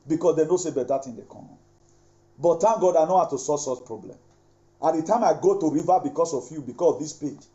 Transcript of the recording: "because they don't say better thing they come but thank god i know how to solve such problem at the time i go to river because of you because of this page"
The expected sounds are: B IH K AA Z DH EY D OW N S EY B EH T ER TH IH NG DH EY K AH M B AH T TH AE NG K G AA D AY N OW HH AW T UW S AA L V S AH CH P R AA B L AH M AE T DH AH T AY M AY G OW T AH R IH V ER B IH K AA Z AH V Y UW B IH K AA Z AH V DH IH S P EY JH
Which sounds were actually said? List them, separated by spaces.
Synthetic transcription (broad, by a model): B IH K AA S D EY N OW S EY B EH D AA T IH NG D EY K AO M B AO T T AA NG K G AA D AY N OW HH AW T UW S AA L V S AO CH P R AA B L AH M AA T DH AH T AY M AY G OW T AH R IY V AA B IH K AA S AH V Y UW B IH K AA S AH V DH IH S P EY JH